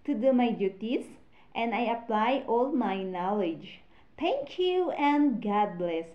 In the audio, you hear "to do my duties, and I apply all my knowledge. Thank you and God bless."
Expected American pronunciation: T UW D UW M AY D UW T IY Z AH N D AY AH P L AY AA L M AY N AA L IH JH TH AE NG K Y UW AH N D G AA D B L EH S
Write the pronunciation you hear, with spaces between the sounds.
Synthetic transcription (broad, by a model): T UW D UW M AY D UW T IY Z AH N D AY AH P L AY AA L M AY N AA L IH JH T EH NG K Y UW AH N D G AA D B L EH S